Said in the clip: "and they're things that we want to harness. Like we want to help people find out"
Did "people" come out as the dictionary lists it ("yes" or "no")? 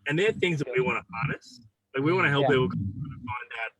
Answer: no